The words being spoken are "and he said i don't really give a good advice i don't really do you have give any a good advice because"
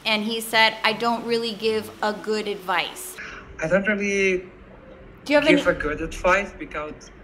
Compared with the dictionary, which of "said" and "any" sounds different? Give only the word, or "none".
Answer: any